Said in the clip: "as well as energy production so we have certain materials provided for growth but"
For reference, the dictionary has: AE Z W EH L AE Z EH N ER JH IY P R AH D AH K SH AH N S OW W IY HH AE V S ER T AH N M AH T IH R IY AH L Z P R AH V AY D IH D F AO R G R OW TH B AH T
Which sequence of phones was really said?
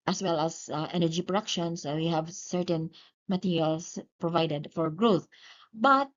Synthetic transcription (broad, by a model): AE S W EH L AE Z EH N ER JH IY P R AH D AH K SH AH N S OW W IY HH AE V S ER T AH N M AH T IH R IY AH L S P R AH V AY D IH D F AO R G R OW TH B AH T